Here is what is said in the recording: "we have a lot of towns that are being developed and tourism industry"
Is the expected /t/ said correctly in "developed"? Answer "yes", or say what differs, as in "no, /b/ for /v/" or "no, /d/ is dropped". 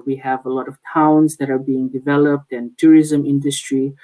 yes